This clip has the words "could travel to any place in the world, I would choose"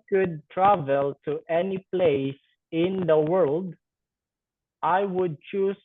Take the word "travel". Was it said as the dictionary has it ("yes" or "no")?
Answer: yes